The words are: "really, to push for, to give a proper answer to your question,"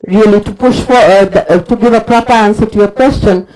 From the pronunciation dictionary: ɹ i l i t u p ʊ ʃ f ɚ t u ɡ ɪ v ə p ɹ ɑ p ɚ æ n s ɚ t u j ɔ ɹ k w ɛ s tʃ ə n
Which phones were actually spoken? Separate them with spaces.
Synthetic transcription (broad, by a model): ɹ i l i t u p ʊ ʃ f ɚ t u ɡ ɪ v ə p ɹ ɑ p ɚ æ n s ɚ t u j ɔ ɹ k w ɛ s tʃ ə n